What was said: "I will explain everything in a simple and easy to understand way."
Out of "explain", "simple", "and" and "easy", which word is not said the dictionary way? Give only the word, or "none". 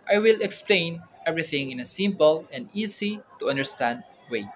easy